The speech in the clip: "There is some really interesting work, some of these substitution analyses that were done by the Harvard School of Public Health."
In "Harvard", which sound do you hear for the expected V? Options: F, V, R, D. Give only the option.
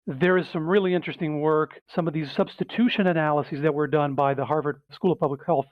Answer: V